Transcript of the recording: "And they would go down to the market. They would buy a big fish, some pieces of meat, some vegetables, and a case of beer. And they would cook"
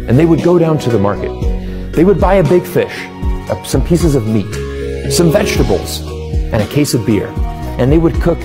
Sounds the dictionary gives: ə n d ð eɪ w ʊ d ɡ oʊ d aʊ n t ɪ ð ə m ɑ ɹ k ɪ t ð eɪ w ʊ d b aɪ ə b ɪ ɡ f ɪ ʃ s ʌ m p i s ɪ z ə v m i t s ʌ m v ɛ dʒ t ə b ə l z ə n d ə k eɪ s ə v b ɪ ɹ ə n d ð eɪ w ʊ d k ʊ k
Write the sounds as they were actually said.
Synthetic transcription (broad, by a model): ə n ð eɪ w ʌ d ɡ oʊ d aʊ n t ɪ ð ə m ɑ ɹ k ɪ t ð eɪ w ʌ d b aɪ ə b ɪ ɡ f ɪ ʃ s ʌ m p i s ɪ z ə v m i t s ʌ m v ɛ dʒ t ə b l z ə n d ə k eɪ s ə v b ɪ ɹ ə n ð eɪ w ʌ d k ʊ k